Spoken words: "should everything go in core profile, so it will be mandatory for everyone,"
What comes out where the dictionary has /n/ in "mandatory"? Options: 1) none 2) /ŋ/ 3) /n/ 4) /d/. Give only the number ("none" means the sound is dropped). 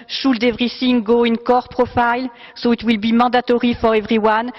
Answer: 1